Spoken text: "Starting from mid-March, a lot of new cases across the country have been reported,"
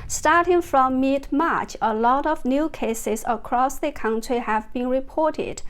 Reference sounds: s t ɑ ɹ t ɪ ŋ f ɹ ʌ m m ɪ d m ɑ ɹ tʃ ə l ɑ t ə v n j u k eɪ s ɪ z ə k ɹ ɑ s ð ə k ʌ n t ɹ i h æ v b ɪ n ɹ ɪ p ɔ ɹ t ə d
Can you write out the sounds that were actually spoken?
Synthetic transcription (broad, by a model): s t ɑ ɹ t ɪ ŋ f ɹ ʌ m m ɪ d m ɑ ɹ tʃ ə l ɑ t ə v n j u k eɪ s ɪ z ə k ɹ ɑ s ð ə k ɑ n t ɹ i h æ v b ɪ n ɹ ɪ p ɔ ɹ t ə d